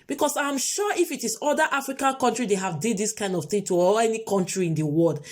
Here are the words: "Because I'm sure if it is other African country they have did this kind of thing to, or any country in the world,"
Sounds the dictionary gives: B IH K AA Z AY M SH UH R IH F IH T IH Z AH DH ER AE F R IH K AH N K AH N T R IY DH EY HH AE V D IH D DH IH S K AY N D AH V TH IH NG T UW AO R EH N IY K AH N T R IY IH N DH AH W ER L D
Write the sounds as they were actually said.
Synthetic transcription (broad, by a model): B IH K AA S AY M SH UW IH F IH T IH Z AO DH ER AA F R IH K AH N K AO N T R IY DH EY HH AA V D IH D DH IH S K AY N D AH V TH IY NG T UW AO L EH N IY K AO N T R IY IH N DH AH W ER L D